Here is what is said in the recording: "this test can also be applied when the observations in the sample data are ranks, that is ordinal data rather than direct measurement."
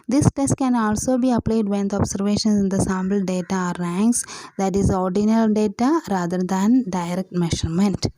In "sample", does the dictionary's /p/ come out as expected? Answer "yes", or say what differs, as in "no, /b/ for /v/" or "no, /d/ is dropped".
no, /b/ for /p/